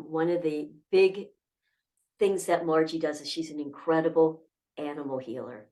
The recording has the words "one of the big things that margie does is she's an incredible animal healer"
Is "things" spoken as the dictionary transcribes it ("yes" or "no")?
yes